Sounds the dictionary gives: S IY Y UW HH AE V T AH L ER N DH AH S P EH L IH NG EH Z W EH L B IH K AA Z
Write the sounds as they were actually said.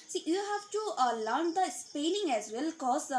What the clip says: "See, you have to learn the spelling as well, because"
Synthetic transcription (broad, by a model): S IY Y UW HH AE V T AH L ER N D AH S P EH N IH NG EH Z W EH L K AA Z